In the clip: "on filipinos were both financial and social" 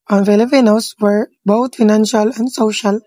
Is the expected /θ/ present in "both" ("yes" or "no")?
no